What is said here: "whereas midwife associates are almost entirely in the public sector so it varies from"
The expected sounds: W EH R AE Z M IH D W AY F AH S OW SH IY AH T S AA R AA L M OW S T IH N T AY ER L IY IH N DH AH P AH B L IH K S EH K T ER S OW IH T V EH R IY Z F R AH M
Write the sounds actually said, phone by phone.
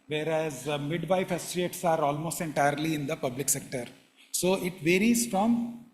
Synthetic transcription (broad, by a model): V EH R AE Z M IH D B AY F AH S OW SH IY T S AA R AA L M OW S T IH N T AY ER L IY IH N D AH P AH B L IH K S EH K T ER S OW IH T V EH R IY Z F R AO M